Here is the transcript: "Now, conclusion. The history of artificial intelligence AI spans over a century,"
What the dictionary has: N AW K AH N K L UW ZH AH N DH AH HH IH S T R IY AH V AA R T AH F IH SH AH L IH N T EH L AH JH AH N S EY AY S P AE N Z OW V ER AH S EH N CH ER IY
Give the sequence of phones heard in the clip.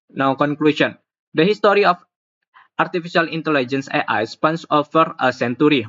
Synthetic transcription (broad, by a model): N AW K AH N K L UW S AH N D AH HH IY S T R IY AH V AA R T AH F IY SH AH L IH N T EH L AH JH AH N S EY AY S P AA N S OW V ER AH S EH N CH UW IY